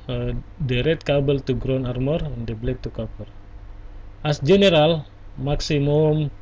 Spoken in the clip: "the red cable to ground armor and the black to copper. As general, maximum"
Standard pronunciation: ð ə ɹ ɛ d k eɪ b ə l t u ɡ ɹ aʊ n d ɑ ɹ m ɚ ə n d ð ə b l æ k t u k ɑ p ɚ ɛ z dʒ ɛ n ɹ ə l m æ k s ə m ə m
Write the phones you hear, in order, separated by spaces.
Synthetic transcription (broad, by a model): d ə ɹ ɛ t k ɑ b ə l t u ɡ ɹ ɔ n ɑ ɹ m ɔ ə n d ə b l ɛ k t u k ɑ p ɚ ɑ s dʒ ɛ n ɹ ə l m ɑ k s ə m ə m